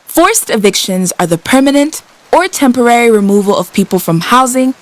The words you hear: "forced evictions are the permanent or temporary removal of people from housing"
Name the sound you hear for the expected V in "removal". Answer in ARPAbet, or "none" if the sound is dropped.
V